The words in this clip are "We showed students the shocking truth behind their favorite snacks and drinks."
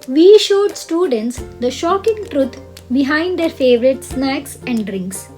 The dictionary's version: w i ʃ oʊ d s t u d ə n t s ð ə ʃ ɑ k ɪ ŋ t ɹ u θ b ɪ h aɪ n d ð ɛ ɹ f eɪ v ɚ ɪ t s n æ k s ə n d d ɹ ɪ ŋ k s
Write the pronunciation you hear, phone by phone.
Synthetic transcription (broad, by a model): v i ʃ oʊ d s t u d ə n t s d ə ʃ ɑ k ɪ ŋ t ɹ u t b ɪ h aɪ n d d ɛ ɹ f eɪ v ɚ ɪ t s n æ k s ə n d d ɹ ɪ ŋ k s